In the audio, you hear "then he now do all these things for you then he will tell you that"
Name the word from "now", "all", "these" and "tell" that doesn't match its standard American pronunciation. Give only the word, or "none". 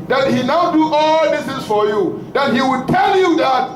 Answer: these